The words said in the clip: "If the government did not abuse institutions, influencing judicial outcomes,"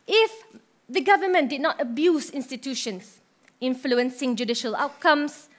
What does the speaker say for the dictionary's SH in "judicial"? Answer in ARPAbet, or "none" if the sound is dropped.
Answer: SH